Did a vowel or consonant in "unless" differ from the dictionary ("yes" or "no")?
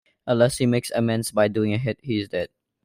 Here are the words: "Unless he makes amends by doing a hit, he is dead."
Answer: yes